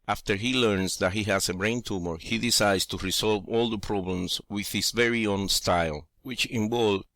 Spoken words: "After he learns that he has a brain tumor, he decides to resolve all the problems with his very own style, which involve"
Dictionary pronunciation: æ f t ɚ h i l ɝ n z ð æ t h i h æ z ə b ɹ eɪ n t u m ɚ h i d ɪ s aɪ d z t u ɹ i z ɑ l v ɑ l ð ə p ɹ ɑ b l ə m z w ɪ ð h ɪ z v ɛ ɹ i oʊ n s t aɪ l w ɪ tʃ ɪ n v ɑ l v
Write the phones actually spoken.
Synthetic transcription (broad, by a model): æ f t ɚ h i l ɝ n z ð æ t h i h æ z ə b ɹ eɪ n t u m ɚ h i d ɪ s aɪ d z t u ɹ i s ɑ l v ɑ l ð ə p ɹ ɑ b l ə m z w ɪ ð h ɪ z v ɛ ɹ i oʊ n s t aɪ l w ɪ tʃ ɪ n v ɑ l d